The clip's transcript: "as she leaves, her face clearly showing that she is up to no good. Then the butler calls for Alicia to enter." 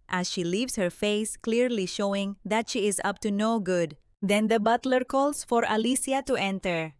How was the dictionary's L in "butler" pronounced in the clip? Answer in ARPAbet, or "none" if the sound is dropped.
L